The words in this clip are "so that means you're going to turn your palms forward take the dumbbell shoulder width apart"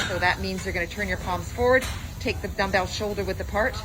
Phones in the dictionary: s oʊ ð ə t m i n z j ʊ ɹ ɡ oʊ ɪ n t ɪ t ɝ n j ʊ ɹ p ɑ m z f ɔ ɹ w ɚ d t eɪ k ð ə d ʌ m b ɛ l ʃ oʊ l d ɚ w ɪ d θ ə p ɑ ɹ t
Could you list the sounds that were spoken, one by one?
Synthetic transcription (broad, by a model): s oʊ ð ə t m i n z j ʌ ɹ ɡ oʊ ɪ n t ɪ t ɝ n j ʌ ɹ p ɑ m z f ɔ ɹ w ɚ d t eɪ k ð ə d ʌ m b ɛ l ʃ oʊ l d ɚ w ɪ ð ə p ɑ ɹ t